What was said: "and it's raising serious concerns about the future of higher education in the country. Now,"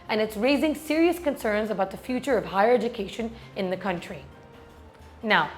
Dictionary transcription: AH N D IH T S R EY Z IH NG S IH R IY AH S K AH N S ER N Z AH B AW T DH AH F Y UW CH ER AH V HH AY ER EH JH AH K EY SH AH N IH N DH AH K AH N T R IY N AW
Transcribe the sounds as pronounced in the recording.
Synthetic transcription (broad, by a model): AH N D IH T S R EY Z IH NG S IH R IY AH S K AH N S ER N Z AH B AW T DH AH F Y UW CH ER AH V HH AY ER EH JH AH K EY SH AH N IH N DH AH K AH N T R IY N AW